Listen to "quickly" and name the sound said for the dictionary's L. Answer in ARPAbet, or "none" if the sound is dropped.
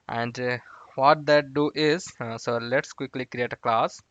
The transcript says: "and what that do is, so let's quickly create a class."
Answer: L